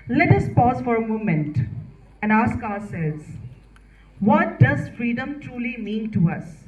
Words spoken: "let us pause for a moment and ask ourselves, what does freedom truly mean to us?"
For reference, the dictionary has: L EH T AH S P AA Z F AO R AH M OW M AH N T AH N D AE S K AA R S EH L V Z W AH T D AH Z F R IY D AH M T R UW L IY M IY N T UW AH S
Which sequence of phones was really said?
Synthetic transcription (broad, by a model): L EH T AH S P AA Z F AO R AH M OW M AH N T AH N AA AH S K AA S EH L Z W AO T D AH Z F R IY D AH M T R UW L IY M IY N T UW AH S